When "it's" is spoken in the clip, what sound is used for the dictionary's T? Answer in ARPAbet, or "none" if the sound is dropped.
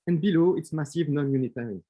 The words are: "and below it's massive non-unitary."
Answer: T